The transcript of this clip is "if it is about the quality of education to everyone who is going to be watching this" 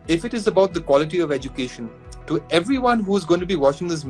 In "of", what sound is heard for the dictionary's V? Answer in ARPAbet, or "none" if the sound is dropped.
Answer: V